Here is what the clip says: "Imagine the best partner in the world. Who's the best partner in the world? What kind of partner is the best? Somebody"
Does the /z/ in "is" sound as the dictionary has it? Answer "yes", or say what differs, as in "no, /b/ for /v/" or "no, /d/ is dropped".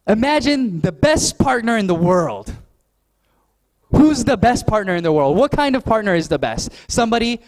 yes